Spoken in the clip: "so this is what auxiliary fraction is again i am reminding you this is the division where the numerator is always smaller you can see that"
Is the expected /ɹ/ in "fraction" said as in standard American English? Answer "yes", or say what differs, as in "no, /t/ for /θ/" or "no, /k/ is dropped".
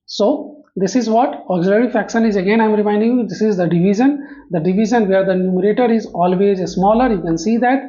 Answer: no, /ɹ/ is dropped